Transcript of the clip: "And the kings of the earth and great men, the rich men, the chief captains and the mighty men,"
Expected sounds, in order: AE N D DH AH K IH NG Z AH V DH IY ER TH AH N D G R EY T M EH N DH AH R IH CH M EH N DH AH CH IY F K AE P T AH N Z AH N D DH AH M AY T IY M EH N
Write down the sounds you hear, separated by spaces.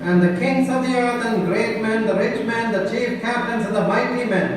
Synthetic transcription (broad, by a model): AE N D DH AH K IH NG S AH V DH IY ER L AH N G R EY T M EH N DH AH R IH CH M EH N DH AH CH IY F K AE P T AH N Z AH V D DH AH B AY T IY M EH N